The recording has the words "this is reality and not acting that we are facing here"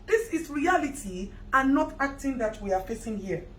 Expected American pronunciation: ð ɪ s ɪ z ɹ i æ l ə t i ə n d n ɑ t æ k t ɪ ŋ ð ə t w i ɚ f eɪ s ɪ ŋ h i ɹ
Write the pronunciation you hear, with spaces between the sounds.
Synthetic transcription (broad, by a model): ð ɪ s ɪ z ɹ i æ l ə t i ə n n ɑ t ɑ k t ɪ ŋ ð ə t w i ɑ f eɪ s ɪ ŋ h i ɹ